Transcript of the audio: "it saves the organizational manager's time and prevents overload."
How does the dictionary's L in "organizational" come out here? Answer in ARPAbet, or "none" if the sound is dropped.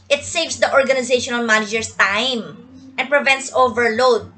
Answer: N